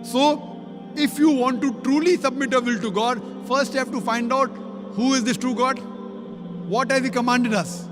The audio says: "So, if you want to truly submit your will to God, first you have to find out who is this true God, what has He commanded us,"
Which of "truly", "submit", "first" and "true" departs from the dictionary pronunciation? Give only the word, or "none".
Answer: none